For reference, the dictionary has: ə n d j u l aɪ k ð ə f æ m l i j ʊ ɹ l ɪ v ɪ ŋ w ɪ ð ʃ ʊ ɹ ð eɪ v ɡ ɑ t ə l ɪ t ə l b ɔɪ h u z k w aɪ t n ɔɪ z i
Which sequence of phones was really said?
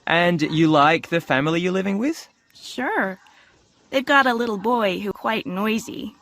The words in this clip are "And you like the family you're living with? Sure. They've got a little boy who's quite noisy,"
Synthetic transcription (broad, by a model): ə n j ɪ l aɪ k ð ə f æ m l i j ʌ ɹ l ɪ v ɪ ŋ w ɪ ð ʃ ʊ ɹ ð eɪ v ɡ ɑ t ə l ɪ t l b ɔɪ h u k w aɪ t n ɔɪ z i